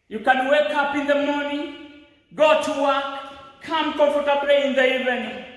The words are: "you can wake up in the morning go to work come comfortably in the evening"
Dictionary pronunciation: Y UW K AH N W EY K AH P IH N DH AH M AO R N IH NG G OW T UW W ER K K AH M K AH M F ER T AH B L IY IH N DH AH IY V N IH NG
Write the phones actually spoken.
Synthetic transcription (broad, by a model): Y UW K AH N W EY K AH P IH N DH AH M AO N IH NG G OW T UW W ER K K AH M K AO F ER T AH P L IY IH N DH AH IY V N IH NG